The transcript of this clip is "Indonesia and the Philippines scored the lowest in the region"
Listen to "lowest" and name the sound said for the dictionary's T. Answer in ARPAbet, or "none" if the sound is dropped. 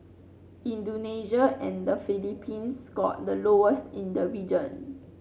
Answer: T